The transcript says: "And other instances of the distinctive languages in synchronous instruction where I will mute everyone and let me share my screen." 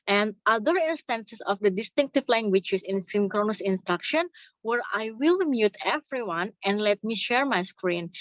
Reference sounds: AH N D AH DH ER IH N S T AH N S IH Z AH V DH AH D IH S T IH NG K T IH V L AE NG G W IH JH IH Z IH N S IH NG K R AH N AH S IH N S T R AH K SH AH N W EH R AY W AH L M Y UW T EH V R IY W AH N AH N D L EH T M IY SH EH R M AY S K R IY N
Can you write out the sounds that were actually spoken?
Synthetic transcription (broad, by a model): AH N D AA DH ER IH N S T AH N S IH S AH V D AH D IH S T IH NG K T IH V L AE NG G W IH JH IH S IH N S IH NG K R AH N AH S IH N S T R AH K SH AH N W EH R AY W AH L M Y UW T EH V R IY W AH N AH N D L EH T M IY SH EH R M AY S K R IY N